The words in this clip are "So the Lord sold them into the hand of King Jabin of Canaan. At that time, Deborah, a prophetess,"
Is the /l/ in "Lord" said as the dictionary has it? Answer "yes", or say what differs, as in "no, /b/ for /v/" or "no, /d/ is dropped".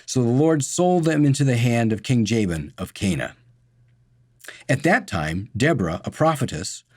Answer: yes